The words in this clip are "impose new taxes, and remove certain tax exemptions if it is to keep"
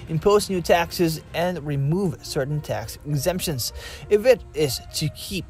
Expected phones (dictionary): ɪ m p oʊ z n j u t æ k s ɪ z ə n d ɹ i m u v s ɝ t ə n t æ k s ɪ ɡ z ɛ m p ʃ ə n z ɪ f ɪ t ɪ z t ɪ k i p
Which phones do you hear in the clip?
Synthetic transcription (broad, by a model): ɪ m p oʊ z n j u t æ k s ɪ z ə n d ɹ i m u v s ɝ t n t æ k s ɪ ɡ z ɛ m p ʃ ə n z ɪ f ɪ t ɪ z t ɪ k i p